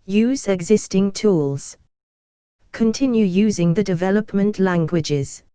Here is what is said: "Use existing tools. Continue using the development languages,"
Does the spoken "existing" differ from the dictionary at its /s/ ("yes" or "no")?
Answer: no